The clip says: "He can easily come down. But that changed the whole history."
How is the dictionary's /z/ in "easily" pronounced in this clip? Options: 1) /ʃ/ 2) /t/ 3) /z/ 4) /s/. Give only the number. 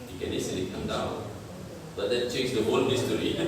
4